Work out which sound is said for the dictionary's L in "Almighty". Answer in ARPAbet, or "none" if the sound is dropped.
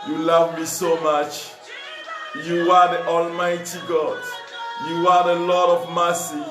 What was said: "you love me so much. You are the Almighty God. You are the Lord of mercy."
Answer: L